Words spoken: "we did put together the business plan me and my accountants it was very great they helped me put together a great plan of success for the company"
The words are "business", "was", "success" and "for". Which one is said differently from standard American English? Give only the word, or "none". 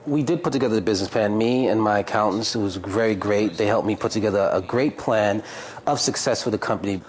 none